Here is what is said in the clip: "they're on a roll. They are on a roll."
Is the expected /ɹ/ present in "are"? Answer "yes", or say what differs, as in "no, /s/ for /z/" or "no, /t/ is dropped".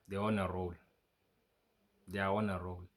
no, /w/ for /ɹ/